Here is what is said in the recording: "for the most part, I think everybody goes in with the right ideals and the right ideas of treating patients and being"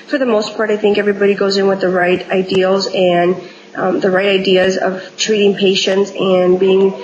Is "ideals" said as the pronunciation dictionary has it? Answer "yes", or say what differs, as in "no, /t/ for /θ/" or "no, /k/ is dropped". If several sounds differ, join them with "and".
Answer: yes